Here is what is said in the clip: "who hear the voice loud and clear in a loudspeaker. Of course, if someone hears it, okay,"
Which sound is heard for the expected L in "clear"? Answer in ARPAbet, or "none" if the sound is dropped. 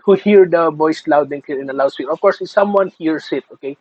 none